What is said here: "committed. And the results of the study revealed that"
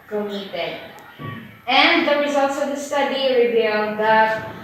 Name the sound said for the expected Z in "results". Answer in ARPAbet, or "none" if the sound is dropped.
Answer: Z